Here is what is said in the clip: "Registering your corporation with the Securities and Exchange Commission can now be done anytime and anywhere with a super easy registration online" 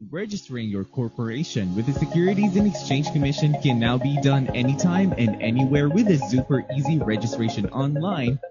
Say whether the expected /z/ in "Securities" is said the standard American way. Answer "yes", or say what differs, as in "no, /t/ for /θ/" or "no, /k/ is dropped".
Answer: yes